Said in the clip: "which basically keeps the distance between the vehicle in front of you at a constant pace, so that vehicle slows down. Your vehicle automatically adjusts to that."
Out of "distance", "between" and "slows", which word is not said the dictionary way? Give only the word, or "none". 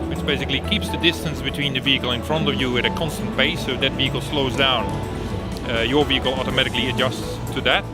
none